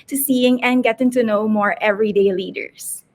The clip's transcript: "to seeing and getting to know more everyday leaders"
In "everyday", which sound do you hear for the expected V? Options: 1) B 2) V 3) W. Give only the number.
2